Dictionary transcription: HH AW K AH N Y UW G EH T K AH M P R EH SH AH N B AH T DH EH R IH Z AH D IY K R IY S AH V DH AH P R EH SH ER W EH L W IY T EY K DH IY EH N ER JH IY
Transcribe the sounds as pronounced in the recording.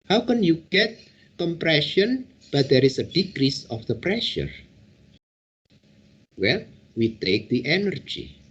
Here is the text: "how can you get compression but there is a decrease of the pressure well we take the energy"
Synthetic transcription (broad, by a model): HH AW K AH N Y UW G EH T K AH M P R EH SH AH N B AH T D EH R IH S AH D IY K R IY S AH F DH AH P R EH SH ER W EH L W IY T EY K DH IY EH N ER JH IY